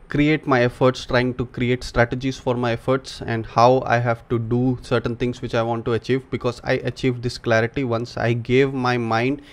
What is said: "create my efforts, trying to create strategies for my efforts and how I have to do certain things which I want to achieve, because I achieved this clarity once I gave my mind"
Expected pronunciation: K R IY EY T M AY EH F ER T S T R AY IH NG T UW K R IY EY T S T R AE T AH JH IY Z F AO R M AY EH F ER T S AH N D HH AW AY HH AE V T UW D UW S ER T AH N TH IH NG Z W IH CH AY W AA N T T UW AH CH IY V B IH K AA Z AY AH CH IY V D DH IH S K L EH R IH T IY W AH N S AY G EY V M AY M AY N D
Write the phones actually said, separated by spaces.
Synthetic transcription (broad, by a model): K R IY EY T M AY EH F ER T S T R AY IH NG T UW K R IY EY T S T R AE T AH JH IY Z F AO R M AY EH F ER T S AH N D HH AW AY HH AE V T UW D UW S ER T AH N T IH NG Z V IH CH AY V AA N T T UW AH CH IY V B IH K AA Z AY AH CH IY V D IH S K L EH R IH T IY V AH N S AY G EY V M AY M AY N D